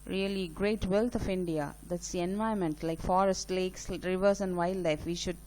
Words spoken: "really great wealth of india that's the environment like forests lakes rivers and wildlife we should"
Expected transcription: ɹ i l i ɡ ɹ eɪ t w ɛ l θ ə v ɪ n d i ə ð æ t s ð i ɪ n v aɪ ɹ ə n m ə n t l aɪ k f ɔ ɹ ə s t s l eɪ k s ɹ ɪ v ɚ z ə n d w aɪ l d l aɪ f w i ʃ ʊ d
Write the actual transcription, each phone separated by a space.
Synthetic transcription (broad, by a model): ɹ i l i ɡ ɹ eɪ t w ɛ l t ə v ɪ n d i ə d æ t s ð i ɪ n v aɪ ə m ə n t l aɪ k f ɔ ɹ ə s t l eɪ k s ɹ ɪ v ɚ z ə n d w aɪ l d l aɪ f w i ʃ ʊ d